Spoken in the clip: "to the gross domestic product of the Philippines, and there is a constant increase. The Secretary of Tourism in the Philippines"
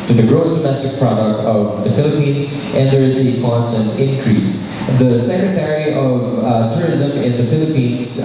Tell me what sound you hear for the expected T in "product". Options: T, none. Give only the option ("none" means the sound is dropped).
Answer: T